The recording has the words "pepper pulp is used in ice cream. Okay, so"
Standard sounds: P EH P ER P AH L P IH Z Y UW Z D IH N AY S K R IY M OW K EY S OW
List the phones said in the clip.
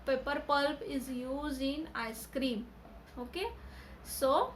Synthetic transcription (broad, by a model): P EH P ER P AH L P IH Z Y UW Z IH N AY S K R IY M OW K EY S OW